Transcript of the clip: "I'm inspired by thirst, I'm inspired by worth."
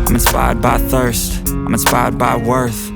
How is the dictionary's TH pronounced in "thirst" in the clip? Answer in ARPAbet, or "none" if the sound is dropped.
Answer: TH